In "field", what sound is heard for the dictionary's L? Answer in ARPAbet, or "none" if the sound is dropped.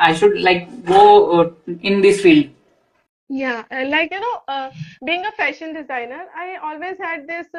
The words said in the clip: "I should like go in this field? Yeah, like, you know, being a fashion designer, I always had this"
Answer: L